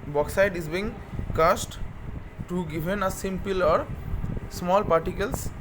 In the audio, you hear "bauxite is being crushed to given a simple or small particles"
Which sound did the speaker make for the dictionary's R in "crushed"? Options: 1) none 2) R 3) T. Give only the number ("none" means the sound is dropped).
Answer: 1